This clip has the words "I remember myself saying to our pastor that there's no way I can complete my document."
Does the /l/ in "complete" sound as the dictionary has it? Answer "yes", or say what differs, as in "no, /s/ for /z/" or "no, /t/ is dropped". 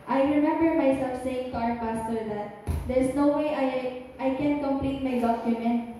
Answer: yes